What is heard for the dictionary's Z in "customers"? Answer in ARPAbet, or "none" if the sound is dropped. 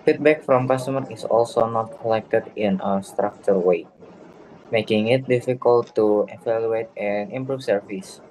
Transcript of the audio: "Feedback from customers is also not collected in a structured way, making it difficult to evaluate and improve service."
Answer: none